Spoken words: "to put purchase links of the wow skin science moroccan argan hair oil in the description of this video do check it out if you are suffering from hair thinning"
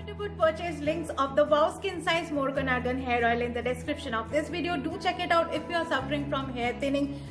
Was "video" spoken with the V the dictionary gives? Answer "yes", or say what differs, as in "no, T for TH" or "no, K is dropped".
yes